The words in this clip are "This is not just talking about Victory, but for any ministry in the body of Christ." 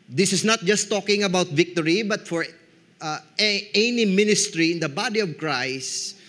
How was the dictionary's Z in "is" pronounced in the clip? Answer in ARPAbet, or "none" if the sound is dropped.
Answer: S